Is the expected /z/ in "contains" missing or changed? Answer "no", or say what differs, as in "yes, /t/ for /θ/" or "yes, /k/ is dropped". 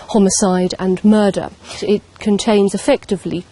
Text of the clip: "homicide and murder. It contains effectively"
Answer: no